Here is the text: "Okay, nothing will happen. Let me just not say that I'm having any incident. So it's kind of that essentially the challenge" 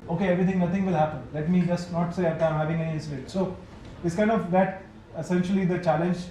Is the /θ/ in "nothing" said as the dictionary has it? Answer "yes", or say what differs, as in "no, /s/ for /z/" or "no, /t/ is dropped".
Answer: no, /t/ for /θ/